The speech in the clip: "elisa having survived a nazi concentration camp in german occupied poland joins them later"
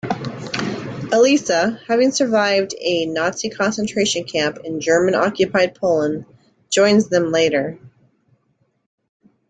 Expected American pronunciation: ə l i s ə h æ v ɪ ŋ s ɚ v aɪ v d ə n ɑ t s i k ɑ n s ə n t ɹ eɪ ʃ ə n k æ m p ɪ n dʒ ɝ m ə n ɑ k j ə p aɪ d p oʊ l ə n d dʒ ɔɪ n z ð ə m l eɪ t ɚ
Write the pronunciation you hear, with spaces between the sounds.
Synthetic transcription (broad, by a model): ə l i s ə h æ v ɪ ŋ s ɚ v aɪ v d ə n ɑ t s i k ɑ n s ə n t ɹ eɪ ʃ ə n k æ m p ɪ n dʒ ɝ m ə n ɑ k j ə p aɪ d p oʊ l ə n dʒ ɔɪ n z ð ə m l eɪ t ɚ